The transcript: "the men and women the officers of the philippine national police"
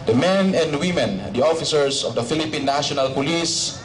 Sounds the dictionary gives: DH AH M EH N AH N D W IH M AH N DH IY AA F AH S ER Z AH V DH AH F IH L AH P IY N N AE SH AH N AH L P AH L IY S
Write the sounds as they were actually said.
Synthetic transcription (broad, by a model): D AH M EH N AH N D W IH M AH N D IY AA F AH S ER S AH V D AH F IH L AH P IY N N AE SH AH N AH L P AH L IY S